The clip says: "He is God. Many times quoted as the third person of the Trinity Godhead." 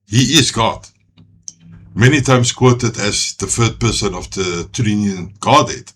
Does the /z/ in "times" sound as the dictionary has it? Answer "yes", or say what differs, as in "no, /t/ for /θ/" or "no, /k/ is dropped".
no, /s/ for /z/